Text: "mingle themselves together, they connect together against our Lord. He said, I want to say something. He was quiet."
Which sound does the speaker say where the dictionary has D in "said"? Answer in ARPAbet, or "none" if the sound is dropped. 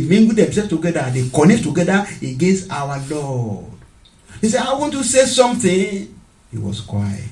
none